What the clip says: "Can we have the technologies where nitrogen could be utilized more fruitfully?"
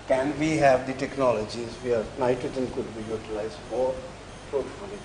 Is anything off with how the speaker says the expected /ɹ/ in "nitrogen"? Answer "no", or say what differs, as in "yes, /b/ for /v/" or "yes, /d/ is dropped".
yes, /ɹ/ is dropped